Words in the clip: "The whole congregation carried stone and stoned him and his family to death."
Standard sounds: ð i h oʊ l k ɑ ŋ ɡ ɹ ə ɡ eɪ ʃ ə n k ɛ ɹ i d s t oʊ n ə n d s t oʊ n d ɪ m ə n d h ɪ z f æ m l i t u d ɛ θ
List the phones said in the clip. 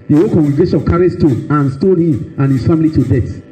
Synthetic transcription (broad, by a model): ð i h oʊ k ɑ ŋ ɡ ɹ ə ɡ eɪ ʃ ə n k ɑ ɹ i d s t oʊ ə n s t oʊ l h ɪ m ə n h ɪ s f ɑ m l i t u d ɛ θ